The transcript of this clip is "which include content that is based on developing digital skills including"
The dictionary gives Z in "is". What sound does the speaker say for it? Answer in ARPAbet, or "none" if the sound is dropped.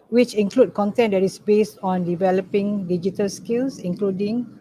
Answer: S